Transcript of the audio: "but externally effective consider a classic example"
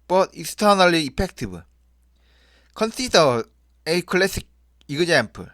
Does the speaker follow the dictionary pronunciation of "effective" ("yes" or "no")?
no